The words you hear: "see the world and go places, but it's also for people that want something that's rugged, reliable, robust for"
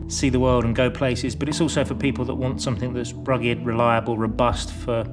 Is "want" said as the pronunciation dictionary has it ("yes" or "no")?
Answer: yes